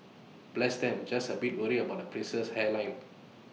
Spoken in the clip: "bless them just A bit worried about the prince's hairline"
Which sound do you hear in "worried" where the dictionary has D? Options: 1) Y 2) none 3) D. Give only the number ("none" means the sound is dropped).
2